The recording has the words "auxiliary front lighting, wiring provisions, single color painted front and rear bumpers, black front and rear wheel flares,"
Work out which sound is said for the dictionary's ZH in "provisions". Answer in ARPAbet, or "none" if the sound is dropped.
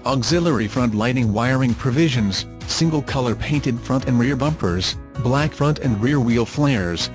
ZH